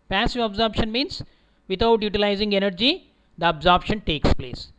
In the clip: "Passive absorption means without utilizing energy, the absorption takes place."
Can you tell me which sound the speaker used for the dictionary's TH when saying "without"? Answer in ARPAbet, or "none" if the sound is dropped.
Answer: T